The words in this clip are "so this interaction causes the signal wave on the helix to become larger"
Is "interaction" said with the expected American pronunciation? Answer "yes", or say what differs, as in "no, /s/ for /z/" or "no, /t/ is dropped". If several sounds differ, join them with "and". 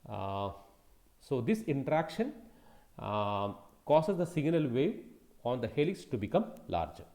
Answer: yes